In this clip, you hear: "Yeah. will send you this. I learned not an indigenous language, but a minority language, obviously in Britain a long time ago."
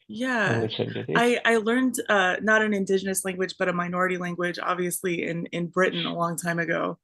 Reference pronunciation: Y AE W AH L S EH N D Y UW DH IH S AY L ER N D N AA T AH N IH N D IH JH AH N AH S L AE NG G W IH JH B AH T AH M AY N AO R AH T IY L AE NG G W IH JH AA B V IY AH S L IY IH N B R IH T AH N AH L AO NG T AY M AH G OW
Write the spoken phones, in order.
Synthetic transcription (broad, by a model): Y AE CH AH IH AY L ER N D N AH T AH N IH N D IH JH AH N AH S L AE NG G W IH JH B AH T AH M AY N AO R AH T IY L AE NG G W IH JH AA B V IY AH S L IY IH N B R IH T N AH L AO NG T AY M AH G OW